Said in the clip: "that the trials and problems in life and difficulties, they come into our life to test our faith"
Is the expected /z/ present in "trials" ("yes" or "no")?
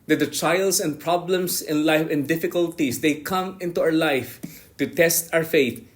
no